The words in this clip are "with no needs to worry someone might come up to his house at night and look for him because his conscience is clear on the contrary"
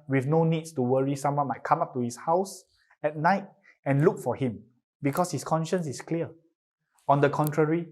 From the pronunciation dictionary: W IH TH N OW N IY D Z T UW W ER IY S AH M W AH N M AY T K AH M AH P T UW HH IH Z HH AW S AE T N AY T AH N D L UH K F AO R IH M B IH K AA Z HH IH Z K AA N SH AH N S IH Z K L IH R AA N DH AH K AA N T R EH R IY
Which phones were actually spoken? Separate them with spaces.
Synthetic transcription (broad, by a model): W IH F N OW N IY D S T UW W ER IY S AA M W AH N M AY T K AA M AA P T UW HH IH S HH AW S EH T N AY T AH N L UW K F AO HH IH M B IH K AA S HH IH S K AA N SH AH N S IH S K L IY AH AA N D AH K AA N T R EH R IY